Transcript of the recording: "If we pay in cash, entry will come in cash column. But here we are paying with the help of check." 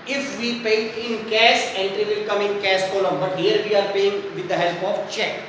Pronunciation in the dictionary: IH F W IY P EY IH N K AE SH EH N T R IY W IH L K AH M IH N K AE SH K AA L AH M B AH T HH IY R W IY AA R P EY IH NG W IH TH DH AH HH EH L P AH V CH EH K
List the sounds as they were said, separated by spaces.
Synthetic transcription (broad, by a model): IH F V IY P EY IH N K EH S EH N T R IY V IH L K AH M IH N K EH S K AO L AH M B AH T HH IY R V IY AA R P EY IH NG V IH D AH HH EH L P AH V CH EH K